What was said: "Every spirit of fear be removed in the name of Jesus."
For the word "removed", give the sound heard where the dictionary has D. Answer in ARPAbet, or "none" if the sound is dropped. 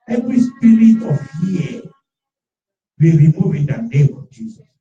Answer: none